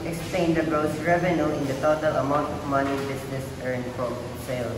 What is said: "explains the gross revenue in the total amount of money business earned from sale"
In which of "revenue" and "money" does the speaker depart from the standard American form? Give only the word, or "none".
none